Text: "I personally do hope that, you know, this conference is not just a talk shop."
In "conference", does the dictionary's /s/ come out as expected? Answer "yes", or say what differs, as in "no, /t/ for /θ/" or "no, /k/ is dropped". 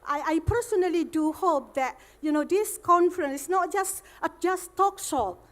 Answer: yes